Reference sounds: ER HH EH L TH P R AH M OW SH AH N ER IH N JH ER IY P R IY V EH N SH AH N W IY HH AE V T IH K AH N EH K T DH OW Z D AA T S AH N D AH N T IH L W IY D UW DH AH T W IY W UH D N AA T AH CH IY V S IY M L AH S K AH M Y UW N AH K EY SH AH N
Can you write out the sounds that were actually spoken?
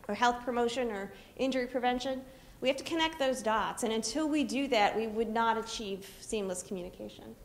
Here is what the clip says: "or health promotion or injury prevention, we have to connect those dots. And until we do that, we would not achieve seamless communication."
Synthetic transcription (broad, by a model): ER HH EH L TH P R AH M OW SH AH N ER IH N JH ER IY P R IY V EH N SH AH N W IY HH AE F T IH K AH N EH K T DH OW Z D AA T S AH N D AH N T IH L W IY D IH DH AH T W IY W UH D N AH T AH CH IY V S IY M L AH S K M Y UW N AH K EY SH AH N